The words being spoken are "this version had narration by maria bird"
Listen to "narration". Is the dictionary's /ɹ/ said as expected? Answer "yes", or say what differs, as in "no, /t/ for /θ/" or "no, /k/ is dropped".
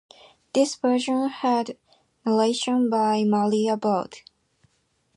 no, /l/ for /ɹ/